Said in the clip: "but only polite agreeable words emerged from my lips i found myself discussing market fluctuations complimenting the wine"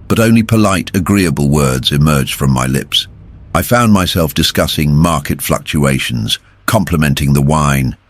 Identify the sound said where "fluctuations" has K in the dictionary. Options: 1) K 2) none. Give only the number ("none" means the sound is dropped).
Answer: 1